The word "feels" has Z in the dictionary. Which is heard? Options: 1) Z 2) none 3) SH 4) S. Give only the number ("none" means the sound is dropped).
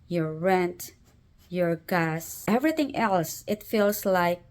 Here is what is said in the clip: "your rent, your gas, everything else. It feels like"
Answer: 4